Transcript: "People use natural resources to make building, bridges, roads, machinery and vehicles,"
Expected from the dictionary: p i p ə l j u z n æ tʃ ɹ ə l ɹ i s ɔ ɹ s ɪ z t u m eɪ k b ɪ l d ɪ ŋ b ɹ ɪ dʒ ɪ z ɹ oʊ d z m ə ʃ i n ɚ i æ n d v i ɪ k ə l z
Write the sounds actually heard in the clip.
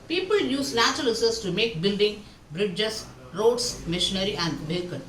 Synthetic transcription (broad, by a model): p i p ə l j u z l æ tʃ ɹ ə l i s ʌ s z t u m eɪ k b ɪ l d ɪ ŋ b ɹ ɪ dʒ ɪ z ɹ oʊ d s m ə ʃ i n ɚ i æ n d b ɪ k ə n